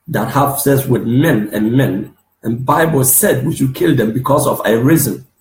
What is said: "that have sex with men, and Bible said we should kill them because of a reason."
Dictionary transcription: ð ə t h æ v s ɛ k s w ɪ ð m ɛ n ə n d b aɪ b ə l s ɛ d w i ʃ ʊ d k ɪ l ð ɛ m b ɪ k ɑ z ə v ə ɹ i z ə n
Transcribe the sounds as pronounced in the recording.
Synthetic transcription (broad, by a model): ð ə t h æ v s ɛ s w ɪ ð m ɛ n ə n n b aɪ b ə l s ɛ d w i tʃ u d k ɪ l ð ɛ m b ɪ k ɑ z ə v ə ɹ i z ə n